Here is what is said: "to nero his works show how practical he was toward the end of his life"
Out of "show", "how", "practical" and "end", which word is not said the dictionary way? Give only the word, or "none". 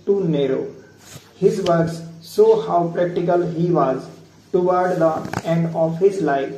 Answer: show